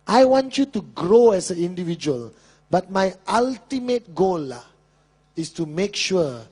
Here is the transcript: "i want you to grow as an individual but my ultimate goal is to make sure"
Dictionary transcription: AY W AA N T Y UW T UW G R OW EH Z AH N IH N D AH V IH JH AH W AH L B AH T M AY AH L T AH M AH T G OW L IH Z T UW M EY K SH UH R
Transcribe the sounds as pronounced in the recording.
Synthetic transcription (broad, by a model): AY W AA N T Y UW T UW G R OW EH S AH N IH N D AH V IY JH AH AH L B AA T M AY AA L T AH M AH T G OW L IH S T UW M EY K SH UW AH